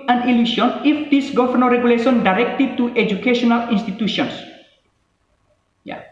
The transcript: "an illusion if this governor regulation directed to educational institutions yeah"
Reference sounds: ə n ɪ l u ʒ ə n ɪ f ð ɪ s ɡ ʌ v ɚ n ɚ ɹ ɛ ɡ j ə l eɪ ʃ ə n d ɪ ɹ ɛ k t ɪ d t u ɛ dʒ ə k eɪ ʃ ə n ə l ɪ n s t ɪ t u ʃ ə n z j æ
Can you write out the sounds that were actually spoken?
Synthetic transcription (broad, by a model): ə n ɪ l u s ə n ɪ f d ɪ s ɡ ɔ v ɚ n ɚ ɹ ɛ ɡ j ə l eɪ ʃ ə n d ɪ ɹ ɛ k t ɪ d t u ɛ dʒ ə k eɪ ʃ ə n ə l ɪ n s t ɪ t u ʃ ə n s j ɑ